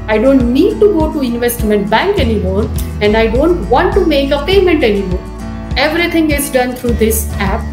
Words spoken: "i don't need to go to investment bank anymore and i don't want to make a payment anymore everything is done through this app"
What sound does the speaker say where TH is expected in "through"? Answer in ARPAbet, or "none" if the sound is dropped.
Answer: T